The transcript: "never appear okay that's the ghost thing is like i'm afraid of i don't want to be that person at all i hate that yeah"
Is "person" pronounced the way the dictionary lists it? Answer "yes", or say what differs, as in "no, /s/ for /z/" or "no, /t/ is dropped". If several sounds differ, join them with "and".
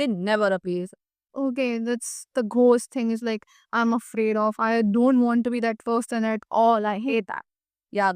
no, /f/ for /p/